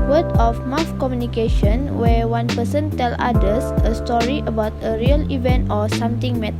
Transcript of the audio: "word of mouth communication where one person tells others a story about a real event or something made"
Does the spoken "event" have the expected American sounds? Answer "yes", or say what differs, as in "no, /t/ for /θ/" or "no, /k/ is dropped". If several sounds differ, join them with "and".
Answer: yes